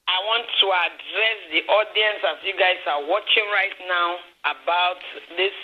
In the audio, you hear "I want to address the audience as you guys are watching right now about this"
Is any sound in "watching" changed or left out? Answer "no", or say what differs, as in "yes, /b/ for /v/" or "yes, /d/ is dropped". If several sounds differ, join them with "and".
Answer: no